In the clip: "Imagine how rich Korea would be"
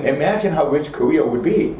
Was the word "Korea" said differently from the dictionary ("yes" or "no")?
yes